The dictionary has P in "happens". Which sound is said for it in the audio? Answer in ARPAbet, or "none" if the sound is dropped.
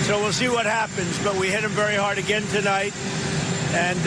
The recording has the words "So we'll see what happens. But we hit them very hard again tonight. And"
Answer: P